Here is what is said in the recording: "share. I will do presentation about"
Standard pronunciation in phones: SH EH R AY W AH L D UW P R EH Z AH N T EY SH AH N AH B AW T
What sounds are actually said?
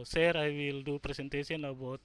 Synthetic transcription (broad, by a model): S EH R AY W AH L D UW P R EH S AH N T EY S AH N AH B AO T